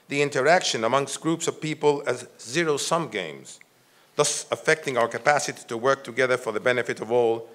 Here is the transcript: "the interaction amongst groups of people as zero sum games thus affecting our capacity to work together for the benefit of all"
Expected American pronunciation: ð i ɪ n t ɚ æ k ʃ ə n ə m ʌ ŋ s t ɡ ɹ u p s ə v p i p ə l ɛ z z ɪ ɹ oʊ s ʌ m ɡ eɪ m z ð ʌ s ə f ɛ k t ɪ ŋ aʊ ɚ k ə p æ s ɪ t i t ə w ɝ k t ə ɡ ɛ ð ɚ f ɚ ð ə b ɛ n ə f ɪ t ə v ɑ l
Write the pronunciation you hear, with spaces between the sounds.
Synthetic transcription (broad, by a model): ð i ɪ n t ɚ æ k ʃ ə n ə m ʌ ŋ s t ɡ ɹ u p s ə v p i p ə l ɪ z z ɪ ɹ oʊ s ʌ m ɡ eɪ m z ð ʌ s ə f ɛ k t ɪ ŋ aʊ ɚ k ə p æ s ɪ t i t ə w ɝ k t ə ɡ ɛ ð ɚ f ɚ ð ə b ɛ n ə f ɪ t ə v ɑ l